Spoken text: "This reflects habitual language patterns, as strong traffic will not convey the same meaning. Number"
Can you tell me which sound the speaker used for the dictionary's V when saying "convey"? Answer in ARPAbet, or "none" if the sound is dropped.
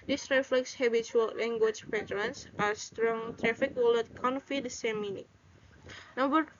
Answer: F